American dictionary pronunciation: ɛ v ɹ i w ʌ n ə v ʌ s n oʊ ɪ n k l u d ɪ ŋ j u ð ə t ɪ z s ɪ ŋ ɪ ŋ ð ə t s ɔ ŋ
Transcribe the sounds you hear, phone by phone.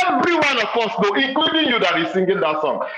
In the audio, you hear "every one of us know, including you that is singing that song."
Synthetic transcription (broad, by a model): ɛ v ɹ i w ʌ n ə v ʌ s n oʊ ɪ k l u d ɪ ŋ j u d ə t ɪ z s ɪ ŋ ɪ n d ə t s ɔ ŋ